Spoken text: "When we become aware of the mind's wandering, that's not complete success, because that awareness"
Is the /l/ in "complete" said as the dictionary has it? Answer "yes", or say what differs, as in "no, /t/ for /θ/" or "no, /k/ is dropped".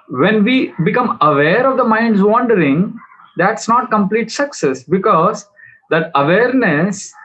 yes